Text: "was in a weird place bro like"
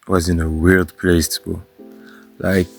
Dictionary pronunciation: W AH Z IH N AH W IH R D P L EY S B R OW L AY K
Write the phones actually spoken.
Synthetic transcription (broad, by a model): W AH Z IH N AH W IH L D P L EY S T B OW L AY K